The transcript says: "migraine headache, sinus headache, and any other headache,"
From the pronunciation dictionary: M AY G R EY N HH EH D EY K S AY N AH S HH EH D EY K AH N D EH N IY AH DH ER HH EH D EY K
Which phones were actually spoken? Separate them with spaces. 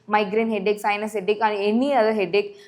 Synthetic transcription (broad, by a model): M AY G R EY N HH EH D EY K S AY N AH S HH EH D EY K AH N EH N IY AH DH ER HH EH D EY K